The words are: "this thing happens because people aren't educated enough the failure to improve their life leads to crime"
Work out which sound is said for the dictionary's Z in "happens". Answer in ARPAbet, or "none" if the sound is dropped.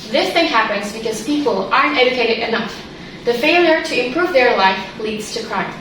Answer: Z